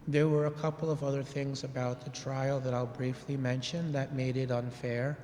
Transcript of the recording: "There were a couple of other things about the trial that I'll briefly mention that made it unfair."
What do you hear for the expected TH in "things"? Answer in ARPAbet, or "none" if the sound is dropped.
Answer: TH